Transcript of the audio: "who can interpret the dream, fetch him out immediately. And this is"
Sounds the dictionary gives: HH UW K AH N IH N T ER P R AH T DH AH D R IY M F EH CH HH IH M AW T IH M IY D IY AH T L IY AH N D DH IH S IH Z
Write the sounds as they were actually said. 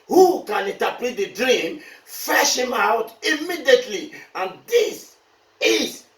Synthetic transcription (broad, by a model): HH UW K AH N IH N T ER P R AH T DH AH D R IY M F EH SH HH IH M AW T IH M IY D IY AH T L IY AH N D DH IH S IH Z